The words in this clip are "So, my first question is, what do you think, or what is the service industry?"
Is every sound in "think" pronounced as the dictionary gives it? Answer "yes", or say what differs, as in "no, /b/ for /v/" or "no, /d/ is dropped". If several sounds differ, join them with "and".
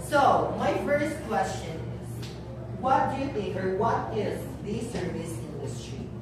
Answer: no, /t/ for /θ/ and /ŋ/ is dropped